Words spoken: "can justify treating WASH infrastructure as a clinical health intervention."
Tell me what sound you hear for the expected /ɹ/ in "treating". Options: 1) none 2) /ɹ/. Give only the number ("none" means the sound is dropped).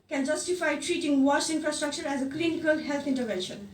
2